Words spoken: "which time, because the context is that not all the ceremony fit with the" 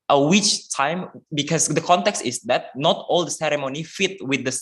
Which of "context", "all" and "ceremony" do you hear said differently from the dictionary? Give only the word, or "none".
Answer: none